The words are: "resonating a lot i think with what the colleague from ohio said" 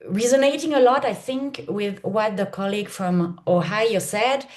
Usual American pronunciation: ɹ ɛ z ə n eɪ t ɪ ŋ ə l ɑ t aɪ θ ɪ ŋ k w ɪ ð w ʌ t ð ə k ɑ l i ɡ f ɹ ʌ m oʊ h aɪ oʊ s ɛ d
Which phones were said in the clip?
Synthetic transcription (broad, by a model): ɹ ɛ z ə n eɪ t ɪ ŋ ə l ɑ t aɪ θ ɪ ŋ k w ɪ ð w ʌ t ð ə k ɑ l i ɡ f ɹ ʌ m oʊ h aɪ oʊ s ɛ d